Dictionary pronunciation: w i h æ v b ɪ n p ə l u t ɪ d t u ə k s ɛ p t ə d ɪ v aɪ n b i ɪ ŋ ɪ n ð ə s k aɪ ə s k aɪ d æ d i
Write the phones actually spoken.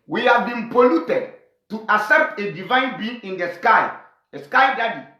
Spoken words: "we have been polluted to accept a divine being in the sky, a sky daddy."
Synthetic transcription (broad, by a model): w i h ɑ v b ɪ n p ə l u t ɪ d t u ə s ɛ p t ə d ɪ v aɪ n b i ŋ ɪ n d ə s k aɪ ə s k aɪ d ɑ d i